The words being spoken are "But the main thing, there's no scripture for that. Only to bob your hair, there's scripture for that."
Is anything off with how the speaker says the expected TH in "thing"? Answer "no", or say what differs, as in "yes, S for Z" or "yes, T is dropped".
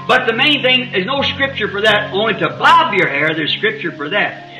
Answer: no